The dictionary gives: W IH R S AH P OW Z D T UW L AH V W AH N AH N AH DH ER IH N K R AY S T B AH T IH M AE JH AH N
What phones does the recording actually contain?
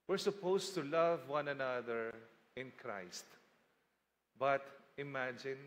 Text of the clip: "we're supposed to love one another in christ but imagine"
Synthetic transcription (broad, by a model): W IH R S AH P OW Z T UW L AH V W AH N AH N AH DH ER IH N K R AY S T B AH T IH M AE JH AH N